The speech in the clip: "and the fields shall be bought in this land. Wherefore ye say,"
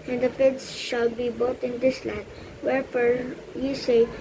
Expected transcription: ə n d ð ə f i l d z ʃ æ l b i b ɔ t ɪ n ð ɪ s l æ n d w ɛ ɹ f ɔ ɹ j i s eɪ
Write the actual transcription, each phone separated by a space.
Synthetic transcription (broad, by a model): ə n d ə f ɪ d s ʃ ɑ l b i b ɔ t ɪ n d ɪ s l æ d w ɛ ɹ f ɔ ɹ j i s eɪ